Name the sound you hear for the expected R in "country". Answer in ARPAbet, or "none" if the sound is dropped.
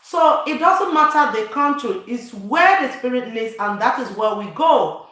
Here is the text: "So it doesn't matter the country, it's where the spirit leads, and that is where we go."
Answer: none